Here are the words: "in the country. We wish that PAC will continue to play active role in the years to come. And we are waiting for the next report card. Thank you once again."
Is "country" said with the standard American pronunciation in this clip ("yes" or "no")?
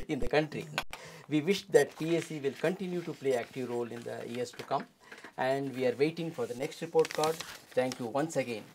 yes